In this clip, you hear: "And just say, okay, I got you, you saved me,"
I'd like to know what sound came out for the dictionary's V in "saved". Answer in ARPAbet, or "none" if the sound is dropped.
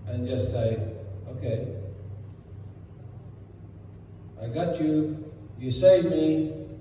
none